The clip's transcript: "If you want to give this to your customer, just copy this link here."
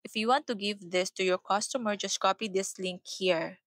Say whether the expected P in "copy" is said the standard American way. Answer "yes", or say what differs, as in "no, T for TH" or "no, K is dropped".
yes